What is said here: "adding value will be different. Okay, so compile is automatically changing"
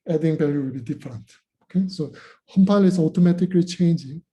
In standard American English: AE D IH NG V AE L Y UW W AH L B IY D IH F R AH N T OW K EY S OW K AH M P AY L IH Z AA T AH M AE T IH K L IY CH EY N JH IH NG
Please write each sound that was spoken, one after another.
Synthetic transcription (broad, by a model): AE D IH NG B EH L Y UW W AH L B IY D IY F R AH N T OW K EY S OW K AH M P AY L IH S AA T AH M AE T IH K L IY CH EY N JH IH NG